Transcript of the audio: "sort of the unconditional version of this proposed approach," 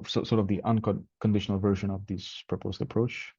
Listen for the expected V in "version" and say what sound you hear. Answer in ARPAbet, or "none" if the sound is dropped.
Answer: V